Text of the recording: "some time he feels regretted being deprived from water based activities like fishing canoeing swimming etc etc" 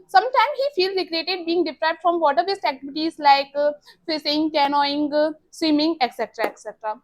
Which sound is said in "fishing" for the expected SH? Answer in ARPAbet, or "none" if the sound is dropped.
S